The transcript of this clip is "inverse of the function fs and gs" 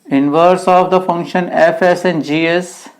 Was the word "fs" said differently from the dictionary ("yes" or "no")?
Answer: no